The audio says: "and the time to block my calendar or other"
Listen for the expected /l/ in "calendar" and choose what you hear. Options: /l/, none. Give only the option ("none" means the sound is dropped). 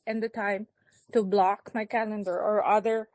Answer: /l/